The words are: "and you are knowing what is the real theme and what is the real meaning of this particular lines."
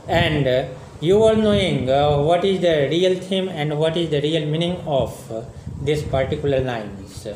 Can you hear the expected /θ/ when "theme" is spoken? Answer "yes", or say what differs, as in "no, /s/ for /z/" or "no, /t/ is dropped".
no, /t/ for /θ/